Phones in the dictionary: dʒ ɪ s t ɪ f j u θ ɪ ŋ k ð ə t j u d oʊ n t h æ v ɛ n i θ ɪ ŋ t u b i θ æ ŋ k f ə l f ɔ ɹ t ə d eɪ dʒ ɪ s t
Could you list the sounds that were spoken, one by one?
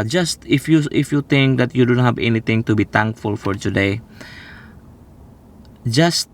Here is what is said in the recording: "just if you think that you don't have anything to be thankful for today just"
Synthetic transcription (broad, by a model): dʒ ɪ s t ɪ f j u t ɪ ŋ k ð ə t j u d oʊ n t h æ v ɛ n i t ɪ ŋ t u b i t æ ŋ k f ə l f ɔ ɹ t ə d eɪ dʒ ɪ s t